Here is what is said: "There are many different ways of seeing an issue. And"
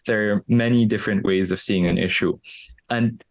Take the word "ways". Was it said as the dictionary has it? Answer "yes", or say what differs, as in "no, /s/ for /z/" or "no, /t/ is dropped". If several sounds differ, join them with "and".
yes